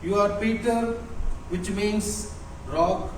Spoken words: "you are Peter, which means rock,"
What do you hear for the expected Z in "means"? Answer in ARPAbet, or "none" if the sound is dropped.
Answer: S